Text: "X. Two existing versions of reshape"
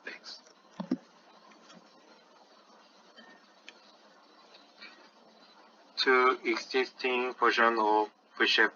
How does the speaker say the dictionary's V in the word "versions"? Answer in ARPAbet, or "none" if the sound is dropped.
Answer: P